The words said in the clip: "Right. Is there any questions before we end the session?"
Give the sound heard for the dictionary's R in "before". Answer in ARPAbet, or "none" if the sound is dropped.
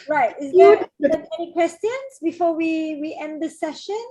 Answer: W